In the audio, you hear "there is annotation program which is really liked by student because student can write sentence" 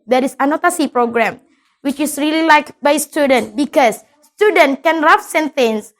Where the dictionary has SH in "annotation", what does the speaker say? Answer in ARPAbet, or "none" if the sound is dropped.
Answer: S